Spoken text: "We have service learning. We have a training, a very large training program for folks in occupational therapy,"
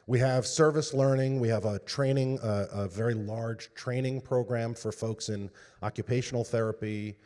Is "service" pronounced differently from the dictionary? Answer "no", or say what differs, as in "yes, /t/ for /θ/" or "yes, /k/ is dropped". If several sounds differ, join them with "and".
no